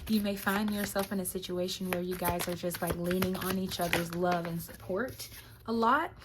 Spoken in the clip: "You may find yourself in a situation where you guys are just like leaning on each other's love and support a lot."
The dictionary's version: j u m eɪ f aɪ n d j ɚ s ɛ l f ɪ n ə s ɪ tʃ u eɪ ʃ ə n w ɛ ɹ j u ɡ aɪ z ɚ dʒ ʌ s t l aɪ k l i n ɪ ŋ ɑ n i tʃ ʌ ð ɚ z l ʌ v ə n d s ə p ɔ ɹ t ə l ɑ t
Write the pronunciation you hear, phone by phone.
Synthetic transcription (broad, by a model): j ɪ m eɪ f aɪ n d j ɚ s ɛ l f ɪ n ə s ɪ tʃ u eɪ ʃ ə n w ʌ ɹ j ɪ ɡ aɪ z ɚ dʒ ʌ s t l aɪ k l i n ɪ ŋ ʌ n i tʃ ʌ ð ɚ z l ʌ v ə n s ə p ɔ ɹ t ə l ɑ t